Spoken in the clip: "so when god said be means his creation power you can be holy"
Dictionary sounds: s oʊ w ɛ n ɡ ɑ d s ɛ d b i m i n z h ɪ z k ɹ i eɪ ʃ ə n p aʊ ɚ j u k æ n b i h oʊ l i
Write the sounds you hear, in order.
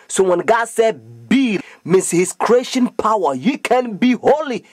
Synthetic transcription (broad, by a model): s oʊ w ɛ n ɡ ɑ d s ɛ d b i m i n s h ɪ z k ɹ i eɪ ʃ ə n p aʊ ɚ j u k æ n b i h oʊ l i